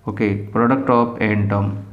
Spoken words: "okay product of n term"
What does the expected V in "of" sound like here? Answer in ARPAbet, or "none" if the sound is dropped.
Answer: P